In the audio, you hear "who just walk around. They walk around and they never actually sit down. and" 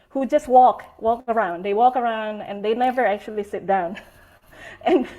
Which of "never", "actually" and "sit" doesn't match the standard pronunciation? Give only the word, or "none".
none